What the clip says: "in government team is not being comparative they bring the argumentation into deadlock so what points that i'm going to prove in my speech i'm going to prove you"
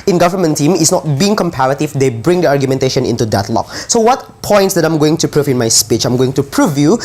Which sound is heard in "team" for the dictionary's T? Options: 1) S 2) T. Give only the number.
2